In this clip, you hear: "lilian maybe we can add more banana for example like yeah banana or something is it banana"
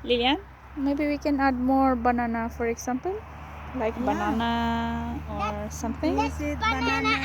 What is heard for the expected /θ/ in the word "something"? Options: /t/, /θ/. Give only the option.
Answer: /t/